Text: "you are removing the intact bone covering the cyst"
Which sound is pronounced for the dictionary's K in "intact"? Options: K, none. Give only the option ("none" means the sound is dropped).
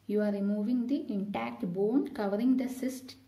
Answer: K